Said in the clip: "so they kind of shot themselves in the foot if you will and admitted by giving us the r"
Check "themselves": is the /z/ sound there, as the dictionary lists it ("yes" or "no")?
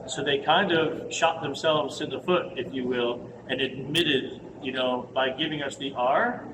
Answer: yes